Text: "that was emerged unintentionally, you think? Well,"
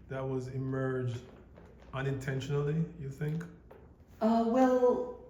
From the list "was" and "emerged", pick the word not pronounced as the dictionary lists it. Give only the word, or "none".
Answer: none